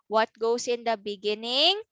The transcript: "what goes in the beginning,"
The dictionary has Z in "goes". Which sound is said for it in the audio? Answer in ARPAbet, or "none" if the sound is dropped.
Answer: S